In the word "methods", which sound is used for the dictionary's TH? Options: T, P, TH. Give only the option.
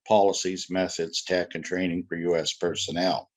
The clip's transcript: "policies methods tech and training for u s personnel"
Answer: TH